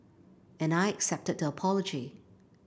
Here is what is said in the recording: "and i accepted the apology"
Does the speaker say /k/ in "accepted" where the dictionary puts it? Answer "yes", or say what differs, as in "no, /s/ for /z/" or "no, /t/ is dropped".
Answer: yes